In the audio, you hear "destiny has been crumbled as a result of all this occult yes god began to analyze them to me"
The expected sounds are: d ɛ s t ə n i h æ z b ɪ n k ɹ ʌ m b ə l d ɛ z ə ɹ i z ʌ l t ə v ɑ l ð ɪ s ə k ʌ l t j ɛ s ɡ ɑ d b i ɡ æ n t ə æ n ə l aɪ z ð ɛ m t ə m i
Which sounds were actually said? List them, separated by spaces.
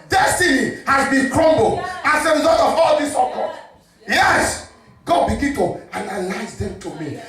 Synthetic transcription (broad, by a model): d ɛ s t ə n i h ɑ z b ɪ n k ɹ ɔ m b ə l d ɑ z ə ɹ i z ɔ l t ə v ɑ l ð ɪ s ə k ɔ t j ɛ s ɡ ɑ d b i ɡ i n t ə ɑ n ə l aɪ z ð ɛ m t ə m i